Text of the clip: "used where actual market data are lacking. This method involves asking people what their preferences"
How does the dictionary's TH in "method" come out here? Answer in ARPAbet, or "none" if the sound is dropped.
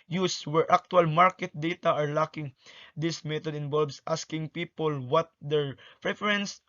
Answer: T